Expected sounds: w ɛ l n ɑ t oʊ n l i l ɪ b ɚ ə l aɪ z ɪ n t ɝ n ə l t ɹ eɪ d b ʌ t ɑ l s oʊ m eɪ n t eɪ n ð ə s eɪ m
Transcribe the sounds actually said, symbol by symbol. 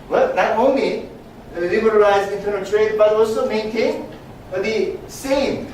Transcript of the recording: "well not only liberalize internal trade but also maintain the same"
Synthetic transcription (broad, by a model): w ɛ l n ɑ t oʊ n l i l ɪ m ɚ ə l aɪ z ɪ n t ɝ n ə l t ɹ eɪ d b ʌ t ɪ w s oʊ m eɪ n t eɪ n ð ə s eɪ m